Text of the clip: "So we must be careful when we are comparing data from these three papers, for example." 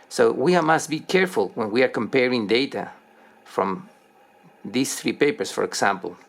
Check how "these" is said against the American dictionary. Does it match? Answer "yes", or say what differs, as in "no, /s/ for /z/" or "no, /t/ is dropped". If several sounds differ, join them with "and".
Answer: no, /s/ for /z/